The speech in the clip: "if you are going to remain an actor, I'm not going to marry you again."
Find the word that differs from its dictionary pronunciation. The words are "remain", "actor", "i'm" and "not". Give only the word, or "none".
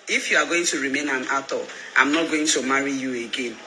actor